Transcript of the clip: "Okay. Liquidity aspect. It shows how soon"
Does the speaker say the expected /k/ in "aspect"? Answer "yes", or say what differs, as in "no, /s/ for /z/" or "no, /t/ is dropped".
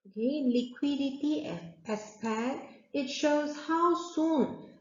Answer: no, /k/ is dropped